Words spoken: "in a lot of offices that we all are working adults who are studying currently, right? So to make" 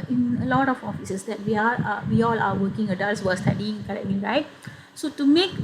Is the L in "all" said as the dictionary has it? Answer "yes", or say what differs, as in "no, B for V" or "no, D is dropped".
no, W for L